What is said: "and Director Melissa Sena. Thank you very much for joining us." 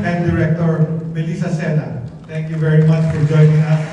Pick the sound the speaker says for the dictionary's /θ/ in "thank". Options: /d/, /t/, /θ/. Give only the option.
/t/